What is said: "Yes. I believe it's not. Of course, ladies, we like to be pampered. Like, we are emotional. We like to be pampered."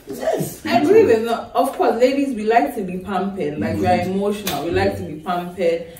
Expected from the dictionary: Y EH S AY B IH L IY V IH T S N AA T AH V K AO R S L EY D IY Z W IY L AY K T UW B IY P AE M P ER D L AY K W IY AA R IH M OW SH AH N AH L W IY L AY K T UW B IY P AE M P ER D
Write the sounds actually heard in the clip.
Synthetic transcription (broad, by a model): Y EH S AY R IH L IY W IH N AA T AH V K AO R S L EY D IY Z W IY L AY K T UW B IY P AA M P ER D L AY K W IY AA R IH M OW SH AH N AH L W IY L AY K T UW B IY P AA M P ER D